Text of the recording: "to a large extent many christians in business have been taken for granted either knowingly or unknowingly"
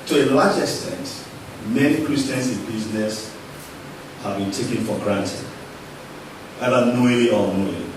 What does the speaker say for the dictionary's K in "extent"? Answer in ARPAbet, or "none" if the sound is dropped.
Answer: K